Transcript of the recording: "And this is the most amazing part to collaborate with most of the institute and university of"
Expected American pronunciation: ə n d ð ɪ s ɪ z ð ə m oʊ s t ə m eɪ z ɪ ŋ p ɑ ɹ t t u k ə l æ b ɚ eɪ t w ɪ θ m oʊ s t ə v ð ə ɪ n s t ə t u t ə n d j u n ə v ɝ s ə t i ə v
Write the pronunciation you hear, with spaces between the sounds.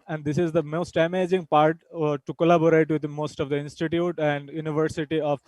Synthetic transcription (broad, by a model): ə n d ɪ s ɪ z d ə m oʊ s t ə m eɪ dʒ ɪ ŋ p ɑ ɹ t t u k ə l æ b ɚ eɪ t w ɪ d m oʊ s t ə v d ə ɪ n s t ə t u t ə n d j u n ə v ɝ s ə t i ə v